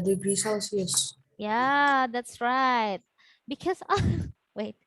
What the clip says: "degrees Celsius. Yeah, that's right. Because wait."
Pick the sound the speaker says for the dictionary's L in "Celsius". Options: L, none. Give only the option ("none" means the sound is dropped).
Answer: none